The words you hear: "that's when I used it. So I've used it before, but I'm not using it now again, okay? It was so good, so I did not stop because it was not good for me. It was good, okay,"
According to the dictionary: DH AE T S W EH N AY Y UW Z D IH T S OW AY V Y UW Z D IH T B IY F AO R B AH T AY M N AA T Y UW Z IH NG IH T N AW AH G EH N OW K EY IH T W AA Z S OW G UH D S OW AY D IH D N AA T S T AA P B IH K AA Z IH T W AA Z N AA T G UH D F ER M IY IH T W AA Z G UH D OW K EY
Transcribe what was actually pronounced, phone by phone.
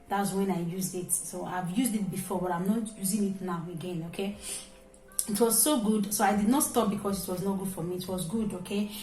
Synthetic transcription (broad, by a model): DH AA T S W EH N AY Y UW Z D IH T S OW AY V Y UW Z D IH T B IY F AO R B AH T AY M N AA T Y UW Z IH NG IH T N AW AH G EH N OW K EY IH T W AA Z S OW G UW D S OW AY D IH D N AA T S T AA P B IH K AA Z IH T W AA Z N AA T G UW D F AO M IY T W AA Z G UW D OW K EY